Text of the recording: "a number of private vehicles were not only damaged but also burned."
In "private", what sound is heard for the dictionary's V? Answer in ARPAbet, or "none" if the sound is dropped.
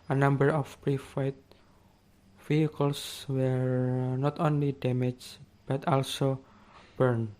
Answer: F